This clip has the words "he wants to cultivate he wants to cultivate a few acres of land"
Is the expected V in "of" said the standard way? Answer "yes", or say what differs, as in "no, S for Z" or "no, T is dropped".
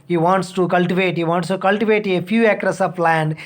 no, P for V